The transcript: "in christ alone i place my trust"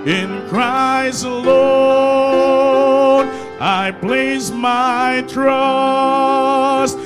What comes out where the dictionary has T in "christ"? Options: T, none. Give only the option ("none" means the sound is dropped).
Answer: none